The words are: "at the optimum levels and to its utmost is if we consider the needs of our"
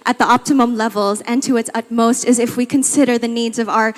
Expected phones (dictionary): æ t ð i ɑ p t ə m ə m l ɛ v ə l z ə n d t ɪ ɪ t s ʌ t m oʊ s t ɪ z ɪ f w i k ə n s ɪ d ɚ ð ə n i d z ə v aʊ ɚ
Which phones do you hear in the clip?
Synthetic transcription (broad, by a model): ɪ t ð i ɑ p t ə m ə m l ɛ v l z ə n t ɪ ɪ t s ʌ t m oʊ s t ɪ z ɪ f w i k ə n s ɪ d ɚ ð ə n i d z ə v aʊ ɚ